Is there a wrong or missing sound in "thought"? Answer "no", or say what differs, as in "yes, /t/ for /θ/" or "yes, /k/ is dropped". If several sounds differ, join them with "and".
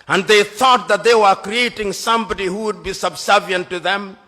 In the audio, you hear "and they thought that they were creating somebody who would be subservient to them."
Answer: no